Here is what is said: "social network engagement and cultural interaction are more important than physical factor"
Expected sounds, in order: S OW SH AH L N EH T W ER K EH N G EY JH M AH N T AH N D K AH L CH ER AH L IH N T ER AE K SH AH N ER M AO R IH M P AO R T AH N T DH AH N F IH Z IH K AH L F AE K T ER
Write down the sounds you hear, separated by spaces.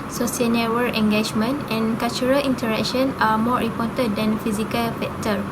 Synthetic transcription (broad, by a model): S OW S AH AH N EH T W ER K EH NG G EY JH M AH N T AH N K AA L CH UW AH L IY N T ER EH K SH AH N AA M AO R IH P AO T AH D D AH N F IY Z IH K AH L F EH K T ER